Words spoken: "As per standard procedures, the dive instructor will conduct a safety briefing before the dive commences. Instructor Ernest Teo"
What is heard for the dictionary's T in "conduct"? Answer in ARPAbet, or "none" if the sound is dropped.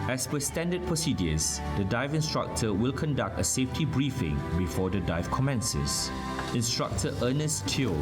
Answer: T